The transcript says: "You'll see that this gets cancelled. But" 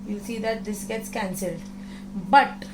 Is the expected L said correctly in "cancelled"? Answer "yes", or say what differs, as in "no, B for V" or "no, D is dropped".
yes